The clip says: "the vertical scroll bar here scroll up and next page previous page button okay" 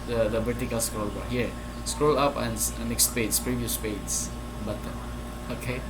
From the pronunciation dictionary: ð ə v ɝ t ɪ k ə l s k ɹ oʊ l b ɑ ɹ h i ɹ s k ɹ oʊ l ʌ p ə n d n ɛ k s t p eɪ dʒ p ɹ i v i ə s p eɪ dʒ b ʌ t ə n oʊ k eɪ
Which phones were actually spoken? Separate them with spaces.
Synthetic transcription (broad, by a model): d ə b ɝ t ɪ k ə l s k ɹ oʊ l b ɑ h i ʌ s k ɹ oʊ l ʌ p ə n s n ɛ k s t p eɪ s p ɹ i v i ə s p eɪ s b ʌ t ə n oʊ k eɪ